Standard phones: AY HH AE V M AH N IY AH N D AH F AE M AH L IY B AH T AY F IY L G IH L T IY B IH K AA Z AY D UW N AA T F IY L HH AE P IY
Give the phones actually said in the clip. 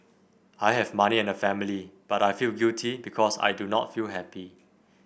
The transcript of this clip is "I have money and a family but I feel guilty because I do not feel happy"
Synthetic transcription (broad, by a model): AY HH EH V M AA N IY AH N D AH F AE M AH L IY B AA T AY F IY L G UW T IY B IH K AA S AY D UW N AA T F IY L HH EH P IY